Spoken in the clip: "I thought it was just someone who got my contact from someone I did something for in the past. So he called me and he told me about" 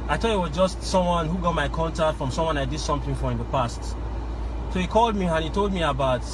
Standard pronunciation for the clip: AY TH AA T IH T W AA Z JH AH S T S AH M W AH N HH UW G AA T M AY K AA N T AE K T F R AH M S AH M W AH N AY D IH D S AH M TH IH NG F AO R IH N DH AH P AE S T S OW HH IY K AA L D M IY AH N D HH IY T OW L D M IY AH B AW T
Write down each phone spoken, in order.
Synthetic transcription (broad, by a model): AY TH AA IH T W AA Z JH AH S T S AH M W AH N HH UW G AA T M AY K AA N T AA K T F R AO M S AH M W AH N AY D IH D S AH M TH IH NG F AO R IH N DH AH P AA S T S OW HH IY K AA L D M IY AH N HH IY T OW L D M IY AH B AW T